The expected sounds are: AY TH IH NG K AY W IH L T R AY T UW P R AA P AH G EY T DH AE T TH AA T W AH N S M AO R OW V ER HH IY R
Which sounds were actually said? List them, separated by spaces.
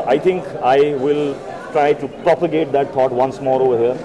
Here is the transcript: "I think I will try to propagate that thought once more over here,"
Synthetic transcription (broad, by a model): AY T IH NG K AY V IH L T R AY T UW P R AA P AH G EY T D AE T T AA T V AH N S M AO R OW V ER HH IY R